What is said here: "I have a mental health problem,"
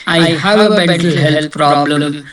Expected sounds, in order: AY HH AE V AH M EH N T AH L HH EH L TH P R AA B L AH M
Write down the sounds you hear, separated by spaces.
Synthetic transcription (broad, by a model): AY HH AE V AH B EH T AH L HH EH L T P R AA B L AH M